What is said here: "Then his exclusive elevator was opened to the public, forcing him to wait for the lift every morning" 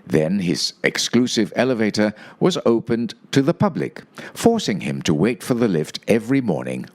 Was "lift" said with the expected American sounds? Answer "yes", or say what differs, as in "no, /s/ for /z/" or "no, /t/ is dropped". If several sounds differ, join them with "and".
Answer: yes